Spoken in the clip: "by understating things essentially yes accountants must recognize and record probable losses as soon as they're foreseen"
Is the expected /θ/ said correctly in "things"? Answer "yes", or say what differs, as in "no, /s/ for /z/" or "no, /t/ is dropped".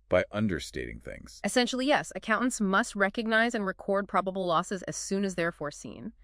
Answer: yes